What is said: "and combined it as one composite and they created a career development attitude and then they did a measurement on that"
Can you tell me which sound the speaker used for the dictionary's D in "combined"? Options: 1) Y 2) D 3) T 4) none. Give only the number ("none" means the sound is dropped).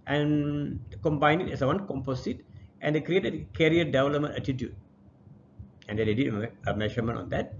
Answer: 4